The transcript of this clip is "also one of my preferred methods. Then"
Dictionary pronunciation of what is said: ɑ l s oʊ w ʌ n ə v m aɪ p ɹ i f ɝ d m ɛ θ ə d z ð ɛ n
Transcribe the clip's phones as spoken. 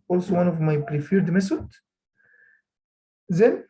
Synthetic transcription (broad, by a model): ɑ l s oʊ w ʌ n ə v m aɪ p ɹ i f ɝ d m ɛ s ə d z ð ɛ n